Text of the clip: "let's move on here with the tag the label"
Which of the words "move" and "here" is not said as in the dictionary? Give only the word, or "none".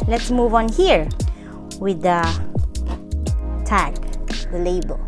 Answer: none